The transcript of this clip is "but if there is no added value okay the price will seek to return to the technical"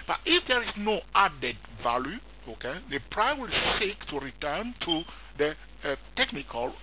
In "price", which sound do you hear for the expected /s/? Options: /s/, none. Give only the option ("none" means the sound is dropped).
none